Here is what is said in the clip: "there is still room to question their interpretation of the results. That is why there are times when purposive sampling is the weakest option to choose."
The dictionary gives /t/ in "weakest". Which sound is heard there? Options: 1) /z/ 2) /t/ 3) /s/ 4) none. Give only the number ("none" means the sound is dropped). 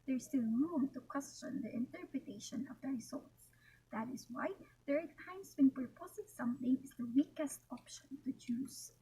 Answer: 2